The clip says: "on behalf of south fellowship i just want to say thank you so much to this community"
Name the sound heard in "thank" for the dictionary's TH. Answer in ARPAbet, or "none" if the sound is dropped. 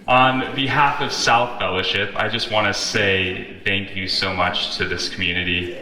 TH